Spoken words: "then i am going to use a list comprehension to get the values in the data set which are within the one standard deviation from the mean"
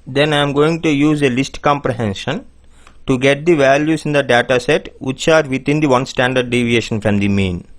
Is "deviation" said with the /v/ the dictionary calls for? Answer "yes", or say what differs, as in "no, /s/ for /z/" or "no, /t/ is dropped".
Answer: yes